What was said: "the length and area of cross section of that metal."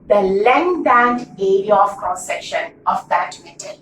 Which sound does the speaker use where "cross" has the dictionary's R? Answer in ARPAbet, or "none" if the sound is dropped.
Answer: none